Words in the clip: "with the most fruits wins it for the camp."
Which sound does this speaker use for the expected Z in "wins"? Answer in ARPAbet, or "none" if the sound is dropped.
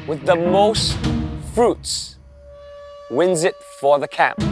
Z